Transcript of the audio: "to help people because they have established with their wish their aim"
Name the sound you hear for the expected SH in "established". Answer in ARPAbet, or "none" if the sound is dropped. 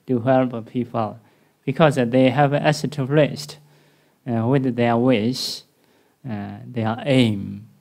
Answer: S